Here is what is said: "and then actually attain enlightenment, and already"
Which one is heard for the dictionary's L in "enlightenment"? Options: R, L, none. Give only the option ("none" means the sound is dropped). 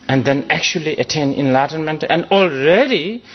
L